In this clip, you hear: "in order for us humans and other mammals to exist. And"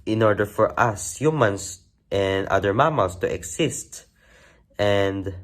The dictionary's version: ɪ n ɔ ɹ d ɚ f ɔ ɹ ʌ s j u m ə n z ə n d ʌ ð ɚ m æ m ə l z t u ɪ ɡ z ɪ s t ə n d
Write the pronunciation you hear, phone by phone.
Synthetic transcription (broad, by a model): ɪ n ɔ ɹ d ɚ f ɔ ɹ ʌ s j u m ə n s ə n d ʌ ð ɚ m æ m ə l s t u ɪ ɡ s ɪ s t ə n d